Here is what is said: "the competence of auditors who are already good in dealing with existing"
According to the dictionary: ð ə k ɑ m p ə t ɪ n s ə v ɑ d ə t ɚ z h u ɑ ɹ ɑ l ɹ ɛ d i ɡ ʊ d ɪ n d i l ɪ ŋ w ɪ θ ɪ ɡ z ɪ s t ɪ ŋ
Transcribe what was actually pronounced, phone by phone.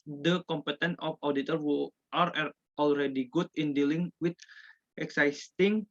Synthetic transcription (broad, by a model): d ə k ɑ m p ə t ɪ n ə f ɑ d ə t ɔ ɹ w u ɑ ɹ ɑ l ɹ ɛ d i ɡ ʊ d ɪ n d i l ɪ ŋ w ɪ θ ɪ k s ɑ s t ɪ ŋ